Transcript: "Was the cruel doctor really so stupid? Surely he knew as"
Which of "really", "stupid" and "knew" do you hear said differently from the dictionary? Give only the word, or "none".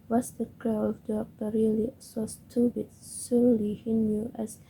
stupid